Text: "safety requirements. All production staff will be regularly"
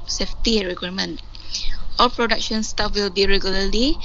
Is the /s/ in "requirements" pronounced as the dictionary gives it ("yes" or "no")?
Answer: no